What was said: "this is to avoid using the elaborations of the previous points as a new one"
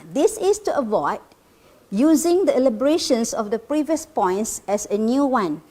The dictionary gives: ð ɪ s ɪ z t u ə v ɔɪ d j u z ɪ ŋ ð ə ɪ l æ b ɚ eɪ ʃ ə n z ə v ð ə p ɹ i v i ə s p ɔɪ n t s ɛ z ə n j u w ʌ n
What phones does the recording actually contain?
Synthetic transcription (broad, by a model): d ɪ s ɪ s t u ə v ɔɪ d j u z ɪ ŋ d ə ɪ l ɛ b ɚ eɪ ʃ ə n s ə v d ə p ɹ i v i ə s p ɔɪ n t s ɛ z ə n j u w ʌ n